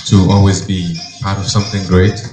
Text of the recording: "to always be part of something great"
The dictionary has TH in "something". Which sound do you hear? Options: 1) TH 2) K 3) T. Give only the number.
1